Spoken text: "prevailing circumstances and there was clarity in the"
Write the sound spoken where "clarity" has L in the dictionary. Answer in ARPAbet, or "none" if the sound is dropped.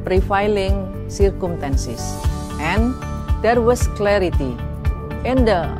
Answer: L